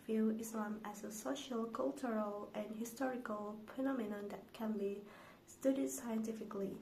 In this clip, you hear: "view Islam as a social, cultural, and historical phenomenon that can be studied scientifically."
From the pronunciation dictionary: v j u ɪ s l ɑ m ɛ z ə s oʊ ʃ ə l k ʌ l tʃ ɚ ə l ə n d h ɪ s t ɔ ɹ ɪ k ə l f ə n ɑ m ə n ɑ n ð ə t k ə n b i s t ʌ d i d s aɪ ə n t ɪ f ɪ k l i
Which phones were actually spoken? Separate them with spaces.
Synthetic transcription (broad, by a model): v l ɪ s l ɑ m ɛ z ə s oʊ ʃ ə l k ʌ l tʃ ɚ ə l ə n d h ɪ s t ɔ ɹ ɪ k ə l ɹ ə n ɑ m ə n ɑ n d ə t k ə n b i s t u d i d s aɪ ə n t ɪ f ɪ k l i